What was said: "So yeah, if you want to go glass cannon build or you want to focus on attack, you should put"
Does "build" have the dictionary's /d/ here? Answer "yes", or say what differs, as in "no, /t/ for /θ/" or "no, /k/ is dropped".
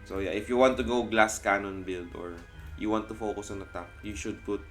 yes